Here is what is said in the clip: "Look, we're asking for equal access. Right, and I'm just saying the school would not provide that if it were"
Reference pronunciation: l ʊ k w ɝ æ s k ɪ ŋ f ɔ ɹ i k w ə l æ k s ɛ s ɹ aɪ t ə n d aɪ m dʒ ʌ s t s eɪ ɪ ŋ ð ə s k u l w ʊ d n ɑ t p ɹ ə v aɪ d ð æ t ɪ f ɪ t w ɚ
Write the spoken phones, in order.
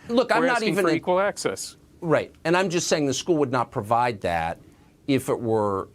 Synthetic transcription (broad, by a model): l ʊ k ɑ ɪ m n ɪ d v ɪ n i k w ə l æ k s ɛ s ɹ aɪ t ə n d aɪ m dʒ ʌ s t s eɪ ɪ ŋ ð ə s k u l w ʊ d n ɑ t p ɹ ə v aɪ d ð æ t ɪ f ɪ t w ɚ